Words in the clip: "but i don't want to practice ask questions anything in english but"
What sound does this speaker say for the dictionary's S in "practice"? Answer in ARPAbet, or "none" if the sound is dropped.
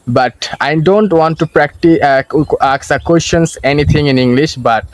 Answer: none